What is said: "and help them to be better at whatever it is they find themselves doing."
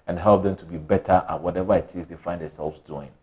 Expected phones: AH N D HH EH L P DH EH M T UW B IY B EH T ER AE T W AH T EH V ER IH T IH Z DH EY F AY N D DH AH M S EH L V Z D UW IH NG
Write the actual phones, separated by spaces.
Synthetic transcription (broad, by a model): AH N HH EH L P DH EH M T UW B IY B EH T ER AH T W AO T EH V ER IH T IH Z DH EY F AY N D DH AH S EH L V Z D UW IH NG